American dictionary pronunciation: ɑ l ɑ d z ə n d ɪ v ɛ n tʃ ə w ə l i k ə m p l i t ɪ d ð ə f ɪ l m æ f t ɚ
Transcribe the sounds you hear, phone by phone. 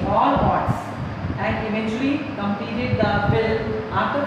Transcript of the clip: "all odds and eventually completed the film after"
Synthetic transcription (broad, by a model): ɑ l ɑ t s ə n d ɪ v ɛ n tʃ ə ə l i k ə m p i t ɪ d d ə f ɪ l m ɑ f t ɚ